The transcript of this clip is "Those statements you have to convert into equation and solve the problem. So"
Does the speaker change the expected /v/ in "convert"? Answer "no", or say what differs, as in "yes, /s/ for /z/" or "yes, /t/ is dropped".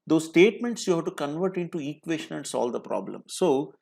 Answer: no